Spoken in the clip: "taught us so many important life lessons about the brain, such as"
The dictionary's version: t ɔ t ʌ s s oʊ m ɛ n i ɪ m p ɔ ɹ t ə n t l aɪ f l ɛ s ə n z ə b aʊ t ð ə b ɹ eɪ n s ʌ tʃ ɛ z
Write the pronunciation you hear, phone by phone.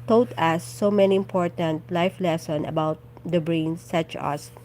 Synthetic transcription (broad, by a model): t ɔ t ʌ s s oʊ m ɛ n i ɪ m p ɔ ɹ t ə n t l aɪ f l ɛ s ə n ə b aʊ t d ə b ɹ eɪ n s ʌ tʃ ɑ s